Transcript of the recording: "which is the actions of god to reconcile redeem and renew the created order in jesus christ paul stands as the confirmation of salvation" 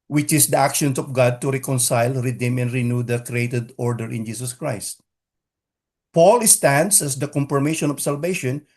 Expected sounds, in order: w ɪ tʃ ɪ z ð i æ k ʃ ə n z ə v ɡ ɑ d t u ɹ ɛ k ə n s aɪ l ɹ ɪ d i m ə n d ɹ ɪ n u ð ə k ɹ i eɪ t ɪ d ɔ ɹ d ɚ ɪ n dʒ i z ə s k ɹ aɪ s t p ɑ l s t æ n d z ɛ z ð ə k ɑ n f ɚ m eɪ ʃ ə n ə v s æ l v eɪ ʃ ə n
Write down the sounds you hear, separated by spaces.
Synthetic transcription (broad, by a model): w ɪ tʃ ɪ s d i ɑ k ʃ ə n s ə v ɡ ɑ d t u ɹ ɛ k ə n s aɪ l ɹ ɪ d i m ə n d ɹ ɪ n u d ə k ɹ i eɪ t ɪ d ɔ ɹ d ɚ ɪ n dʒ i s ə s k ɹ aɪ s t p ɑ l s t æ n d s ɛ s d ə k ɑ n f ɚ m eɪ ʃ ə n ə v s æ l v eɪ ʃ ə n